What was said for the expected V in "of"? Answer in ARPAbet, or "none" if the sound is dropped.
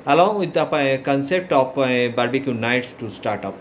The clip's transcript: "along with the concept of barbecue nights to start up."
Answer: P